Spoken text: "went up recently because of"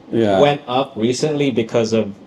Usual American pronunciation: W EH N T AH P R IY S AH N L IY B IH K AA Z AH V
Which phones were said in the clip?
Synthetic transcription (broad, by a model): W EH N T AH P R IY S AH N L IY B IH K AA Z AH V